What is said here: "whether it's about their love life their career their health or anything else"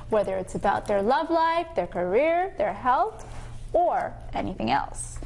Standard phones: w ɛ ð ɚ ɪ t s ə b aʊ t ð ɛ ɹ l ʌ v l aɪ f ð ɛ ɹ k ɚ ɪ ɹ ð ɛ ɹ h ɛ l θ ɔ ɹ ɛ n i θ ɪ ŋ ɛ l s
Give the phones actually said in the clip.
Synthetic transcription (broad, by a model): w ɛ ð ɚ ɪ t s ə b aʊ t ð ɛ ɹ l ʌ v l aɪ f ð ɛ ɹ k ɚ ɪ ɹ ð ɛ ɹ h ɛ l θ ɔ ɹ ɛ n i θ ɪ ŋ ɛ l s